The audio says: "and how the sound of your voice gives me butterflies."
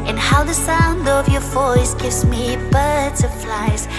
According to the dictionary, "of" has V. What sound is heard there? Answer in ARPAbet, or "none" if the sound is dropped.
V